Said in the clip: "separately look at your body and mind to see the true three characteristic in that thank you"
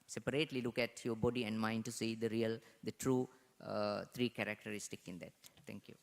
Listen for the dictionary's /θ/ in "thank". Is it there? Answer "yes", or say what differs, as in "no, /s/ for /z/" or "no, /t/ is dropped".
no, /t/ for /θ/